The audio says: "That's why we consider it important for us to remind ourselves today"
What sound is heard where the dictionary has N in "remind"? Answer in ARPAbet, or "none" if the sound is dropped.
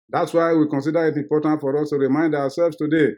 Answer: N